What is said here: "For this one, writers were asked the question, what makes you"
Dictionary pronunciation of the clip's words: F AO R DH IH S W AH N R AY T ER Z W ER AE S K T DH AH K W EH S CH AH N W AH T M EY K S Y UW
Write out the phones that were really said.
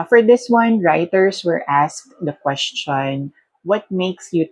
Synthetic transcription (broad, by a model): F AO R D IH S W AH N R AY T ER S W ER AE S K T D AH K W EH S CH AH N W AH T M EY K S Y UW